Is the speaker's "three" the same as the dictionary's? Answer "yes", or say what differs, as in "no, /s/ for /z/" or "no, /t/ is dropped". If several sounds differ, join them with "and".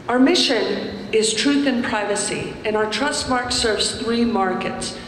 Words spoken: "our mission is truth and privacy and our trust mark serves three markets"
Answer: yes